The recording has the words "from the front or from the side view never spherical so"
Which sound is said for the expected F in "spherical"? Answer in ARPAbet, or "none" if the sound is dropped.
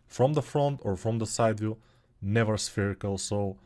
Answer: F